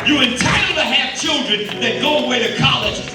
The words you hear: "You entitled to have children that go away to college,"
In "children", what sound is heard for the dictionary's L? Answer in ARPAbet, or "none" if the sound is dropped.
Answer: L